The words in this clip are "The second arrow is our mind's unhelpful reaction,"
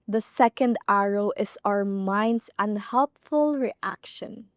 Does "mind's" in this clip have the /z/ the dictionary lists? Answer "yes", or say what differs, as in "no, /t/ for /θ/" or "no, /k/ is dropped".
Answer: no, /s/ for /z/